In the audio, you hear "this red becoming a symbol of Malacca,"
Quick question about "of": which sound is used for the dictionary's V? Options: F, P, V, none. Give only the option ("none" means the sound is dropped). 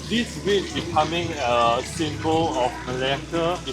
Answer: F